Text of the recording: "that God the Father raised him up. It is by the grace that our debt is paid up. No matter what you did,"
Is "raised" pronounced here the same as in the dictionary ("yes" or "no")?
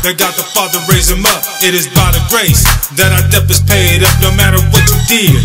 no